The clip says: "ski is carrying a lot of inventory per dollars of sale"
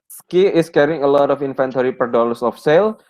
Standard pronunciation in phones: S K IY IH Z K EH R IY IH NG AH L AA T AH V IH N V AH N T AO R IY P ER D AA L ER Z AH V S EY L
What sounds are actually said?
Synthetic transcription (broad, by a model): S K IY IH S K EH R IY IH NG AH L AA T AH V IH N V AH N T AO R IY P ER D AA L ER S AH F S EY L